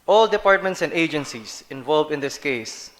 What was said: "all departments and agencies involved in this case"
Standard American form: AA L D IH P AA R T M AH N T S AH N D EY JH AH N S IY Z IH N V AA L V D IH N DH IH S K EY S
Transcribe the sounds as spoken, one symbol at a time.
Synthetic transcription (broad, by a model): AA L D IH P AA R T M AH N T S AH N D EY JH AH N S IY S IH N V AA L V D IH N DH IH S K EY S